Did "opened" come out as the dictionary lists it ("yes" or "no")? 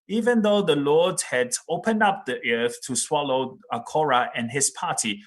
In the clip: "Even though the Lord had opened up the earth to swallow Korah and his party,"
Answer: yes